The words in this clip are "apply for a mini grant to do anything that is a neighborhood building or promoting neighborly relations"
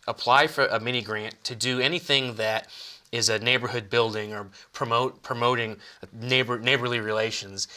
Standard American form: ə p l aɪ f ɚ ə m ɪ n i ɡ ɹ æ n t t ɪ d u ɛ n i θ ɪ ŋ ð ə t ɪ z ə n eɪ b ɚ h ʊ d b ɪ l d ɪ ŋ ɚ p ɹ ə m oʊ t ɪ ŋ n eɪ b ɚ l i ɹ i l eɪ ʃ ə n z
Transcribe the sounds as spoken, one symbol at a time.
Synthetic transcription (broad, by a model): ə p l aɪ f ɚ ə m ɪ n i ɡ ɹ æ n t t ɪ d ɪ ɛ n i θ ɪ ŋ ð ə t ɪ z ə n eɪ b ɚ h ʊ d b ɪ l d ɪ ŋ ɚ p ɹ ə m oʊ t ɪ ŋ n eɪ b ɚ l i ɹ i l eɪ ʃ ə n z